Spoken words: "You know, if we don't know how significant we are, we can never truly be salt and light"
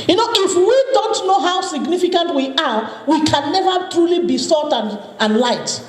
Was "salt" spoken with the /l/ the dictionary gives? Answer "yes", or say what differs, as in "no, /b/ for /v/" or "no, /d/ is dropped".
no, /l/ is dropped